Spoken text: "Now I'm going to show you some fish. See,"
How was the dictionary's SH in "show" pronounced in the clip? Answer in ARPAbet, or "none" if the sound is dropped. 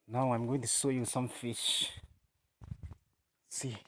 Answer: S